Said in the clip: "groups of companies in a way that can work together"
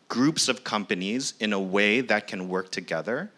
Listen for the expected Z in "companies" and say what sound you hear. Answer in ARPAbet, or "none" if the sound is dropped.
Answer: Z